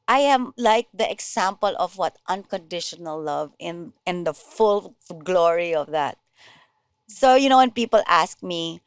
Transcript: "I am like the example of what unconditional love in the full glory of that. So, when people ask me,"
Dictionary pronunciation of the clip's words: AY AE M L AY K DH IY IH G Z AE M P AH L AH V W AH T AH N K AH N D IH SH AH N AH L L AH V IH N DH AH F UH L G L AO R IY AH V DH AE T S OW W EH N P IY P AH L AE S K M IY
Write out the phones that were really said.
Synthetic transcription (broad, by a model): AY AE M L AY K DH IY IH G S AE M P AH L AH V W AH T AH N K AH N D IH SH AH N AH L L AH V IH N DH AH F UH L G L AO R IY AH V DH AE T S OW W EH N P IY P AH L AE S K M IY